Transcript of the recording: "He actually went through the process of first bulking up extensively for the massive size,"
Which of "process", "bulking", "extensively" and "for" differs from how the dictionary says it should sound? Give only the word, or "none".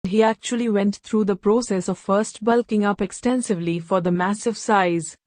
none